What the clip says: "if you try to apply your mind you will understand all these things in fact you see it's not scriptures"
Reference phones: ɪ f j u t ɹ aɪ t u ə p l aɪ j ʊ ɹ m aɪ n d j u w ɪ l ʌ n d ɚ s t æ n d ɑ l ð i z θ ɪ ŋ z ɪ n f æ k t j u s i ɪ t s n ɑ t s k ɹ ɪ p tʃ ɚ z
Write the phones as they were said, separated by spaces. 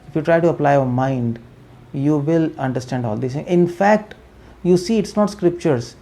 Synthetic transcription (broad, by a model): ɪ f j u t ɹ aɪ t u ə p l aɪ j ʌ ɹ m aɪ n d j u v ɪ l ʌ n d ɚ s t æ n d ɑ l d i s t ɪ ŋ ɪ n f æ k t j u s i ɪ t s n ɑ t s k ɹ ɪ p tʃ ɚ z